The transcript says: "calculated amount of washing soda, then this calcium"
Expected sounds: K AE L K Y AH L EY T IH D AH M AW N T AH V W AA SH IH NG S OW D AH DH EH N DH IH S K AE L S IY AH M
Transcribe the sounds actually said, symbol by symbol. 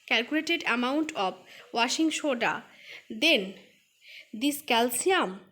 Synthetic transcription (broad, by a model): K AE L K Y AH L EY T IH D AH M AW N T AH B W AA SH IH NG SH OW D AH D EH N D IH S K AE L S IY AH M